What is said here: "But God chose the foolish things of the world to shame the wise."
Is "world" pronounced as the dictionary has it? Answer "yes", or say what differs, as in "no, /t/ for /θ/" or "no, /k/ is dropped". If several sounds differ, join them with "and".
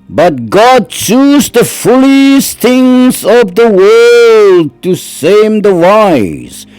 yes